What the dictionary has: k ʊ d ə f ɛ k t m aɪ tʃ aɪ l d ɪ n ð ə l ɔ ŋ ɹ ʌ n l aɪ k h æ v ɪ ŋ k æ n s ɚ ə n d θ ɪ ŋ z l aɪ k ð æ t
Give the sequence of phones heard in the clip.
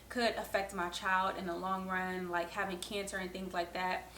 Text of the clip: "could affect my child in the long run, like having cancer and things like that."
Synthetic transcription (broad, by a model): k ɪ d ə f ɛ k t m aɪ tʃ aɪ l d ɪ n ð ə l ɔ ŋ ɹ ʌ n l aɪ k h æ v ɪ ŋ k æ n s ɚ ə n θ ɪ ŋ z l aɪ k ð æ t